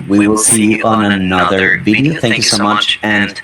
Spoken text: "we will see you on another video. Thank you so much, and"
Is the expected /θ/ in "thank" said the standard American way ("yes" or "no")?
yes